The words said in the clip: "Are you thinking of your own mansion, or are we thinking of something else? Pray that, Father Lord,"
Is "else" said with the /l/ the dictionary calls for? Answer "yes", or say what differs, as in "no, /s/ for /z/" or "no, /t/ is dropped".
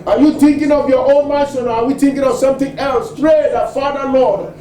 yes